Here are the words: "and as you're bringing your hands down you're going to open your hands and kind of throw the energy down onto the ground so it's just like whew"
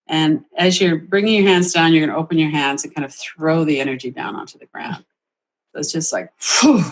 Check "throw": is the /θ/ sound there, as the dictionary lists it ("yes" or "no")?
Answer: yes